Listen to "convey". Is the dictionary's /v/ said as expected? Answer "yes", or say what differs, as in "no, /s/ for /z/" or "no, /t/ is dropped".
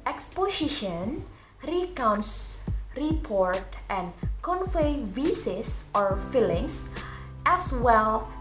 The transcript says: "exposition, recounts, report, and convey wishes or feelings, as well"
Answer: no, /f/ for /v/